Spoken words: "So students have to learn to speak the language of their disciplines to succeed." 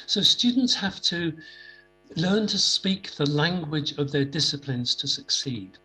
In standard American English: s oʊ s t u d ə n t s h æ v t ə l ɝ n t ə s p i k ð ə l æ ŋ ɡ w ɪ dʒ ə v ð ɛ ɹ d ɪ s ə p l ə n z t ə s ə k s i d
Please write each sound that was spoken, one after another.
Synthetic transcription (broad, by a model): s oʊ s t u d n t s h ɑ f t ə l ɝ n t ə s p i k ð ə l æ ŋ ɡ w ɪ dʒ ə v ð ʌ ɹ d ɪ s ə p l ə n z t ə s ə k s i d